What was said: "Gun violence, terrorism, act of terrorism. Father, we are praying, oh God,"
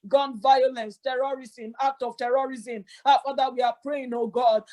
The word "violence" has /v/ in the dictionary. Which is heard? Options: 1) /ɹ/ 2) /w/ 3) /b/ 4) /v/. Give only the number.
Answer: 4